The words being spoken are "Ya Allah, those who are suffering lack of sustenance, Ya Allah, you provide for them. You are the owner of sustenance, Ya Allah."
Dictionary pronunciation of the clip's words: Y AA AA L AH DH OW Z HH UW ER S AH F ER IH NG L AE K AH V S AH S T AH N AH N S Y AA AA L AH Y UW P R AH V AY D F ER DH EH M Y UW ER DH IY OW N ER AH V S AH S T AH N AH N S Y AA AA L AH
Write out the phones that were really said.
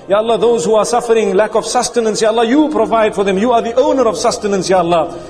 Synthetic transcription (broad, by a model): Y AA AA L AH DH OW Z HH UW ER S AH F ER IH NG L AE K AH V S AH S T AH N AH N S Y AA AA L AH Y UW P R AH V AY D F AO DH EH M Y UW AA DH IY OW N ER AH V S AH S T AH N AH N S Y AA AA L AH